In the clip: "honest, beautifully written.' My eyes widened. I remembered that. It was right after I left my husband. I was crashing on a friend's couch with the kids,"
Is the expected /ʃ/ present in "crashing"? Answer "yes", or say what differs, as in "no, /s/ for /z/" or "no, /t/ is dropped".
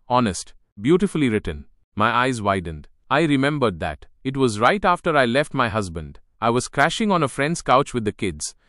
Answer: yes